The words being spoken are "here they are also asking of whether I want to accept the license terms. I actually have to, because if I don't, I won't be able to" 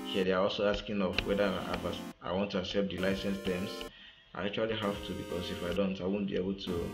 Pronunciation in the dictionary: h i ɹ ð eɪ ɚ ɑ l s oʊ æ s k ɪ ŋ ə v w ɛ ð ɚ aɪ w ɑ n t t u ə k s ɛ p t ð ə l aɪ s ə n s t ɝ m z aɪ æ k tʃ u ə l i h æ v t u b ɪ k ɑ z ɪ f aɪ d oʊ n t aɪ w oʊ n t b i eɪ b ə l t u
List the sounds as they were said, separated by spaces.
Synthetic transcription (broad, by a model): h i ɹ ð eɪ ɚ ɑ l s oʊ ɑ s k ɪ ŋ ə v w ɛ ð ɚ aɪ w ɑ n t t u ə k s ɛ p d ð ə l aɪ s ə n s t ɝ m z aɪ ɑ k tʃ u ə l i h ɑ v t u b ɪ k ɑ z ɪ f aɪ d oʊ n t aɪ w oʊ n b i eɪ b ə l t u